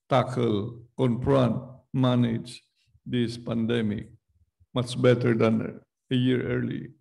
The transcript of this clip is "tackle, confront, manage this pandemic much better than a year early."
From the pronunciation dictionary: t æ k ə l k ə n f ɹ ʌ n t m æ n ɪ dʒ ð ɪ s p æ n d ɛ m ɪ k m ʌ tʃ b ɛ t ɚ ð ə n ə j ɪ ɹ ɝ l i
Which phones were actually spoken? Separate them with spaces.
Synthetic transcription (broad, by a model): t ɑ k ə l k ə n p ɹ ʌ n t m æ n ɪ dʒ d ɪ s p æ n d ɛ m ɪ k m ʌ tʃ b ɛ t ɚ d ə n ə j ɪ ɹ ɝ l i